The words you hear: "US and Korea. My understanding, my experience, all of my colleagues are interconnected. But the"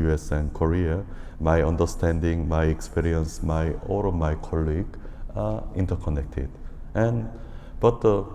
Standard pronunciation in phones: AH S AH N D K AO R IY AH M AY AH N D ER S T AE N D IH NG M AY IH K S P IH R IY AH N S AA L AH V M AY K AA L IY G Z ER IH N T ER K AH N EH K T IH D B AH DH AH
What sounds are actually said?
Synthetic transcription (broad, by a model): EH S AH N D K AO R IY AH M AY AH N D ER S T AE N D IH NG M AY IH K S P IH R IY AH N S AA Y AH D M AY K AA L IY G ER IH N T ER K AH N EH K T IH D B AH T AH